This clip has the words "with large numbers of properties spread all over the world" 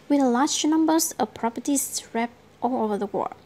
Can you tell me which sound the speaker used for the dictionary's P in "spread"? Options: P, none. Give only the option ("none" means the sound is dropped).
none